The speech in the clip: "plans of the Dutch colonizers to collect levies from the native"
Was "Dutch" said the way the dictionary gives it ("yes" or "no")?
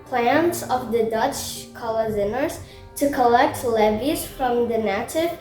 yes